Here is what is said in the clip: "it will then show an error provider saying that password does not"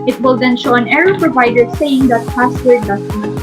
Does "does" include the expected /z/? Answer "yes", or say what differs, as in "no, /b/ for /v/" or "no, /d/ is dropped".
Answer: no, /s/ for /z/